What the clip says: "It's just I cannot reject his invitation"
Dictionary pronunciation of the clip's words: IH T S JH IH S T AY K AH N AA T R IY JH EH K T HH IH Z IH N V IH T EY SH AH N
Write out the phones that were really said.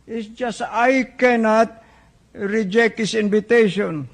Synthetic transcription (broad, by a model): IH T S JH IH S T AY K AH N AA T R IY JH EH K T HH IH S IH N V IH T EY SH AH N